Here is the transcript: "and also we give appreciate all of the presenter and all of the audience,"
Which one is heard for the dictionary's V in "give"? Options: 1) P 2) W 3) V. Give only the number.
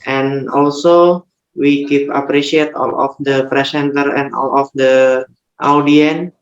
1